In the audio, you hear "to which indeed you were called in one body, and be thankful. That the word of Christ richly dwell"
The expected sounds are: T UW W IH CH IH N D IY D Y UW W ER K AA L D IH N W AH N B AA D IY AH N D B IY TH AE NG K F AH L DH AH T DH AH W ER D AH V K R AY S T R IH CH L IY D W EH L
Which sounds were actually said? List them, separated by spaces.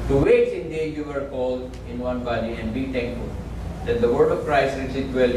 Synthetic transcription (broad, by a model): T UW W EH S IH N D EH Y UW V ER K AA L D IH N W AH N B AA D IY AH N D B IY T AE NG K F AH L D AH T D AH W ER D AH V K R AY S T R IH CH IY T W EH L